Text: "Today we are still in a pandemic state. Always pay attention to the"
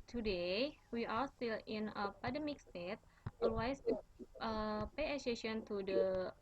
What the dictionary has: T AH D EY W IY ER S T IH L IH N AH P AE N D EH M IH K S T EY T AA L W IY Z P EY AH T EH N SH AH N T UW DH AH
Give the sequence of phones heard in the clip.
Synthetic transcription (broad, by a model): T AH D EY W IY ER S T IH L IH N AH P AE D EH M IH K S T EY T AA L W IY S P EY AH S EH SH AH N T UW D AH